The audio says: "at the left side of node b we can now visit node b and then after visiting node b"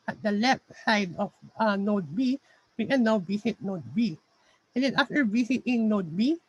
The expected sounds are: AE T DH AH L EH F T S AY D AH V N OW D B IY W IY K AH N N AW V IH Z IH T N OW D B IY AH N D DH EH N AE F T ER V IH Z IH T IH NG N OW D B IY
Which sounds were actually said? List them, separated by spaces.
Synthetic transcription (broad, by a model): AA T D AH L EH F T S AY D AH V N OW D B IY W IY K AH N N AW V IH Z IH T N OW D B IY AH N D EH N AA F T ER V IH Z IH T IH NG N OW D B IY